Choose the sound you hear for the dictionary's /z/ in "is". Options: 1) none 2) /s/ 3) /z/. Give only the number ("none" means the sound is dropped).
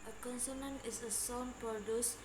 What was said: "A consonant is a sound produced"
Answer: 2